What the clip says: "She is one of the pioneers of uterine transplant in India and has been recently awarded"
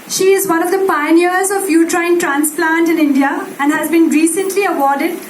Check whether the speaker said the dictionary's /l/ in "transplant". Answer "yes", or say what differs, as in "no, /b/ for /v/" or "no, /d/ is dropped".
yes